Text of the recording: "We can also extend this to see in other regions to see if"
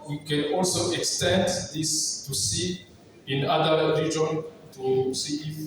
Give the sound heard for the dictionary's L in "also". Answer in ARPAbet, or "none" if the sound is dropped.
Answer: L